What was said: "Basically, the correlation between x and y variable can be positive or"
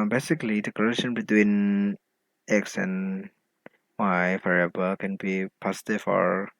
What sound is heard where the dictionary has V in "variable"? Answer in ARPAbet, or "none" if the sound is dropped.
F